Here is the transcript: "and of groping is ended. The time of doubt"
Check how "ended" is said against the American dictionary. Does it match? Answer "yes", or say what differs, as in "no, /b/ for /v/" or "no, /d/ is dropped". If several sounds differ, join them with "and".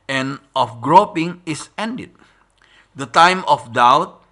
yes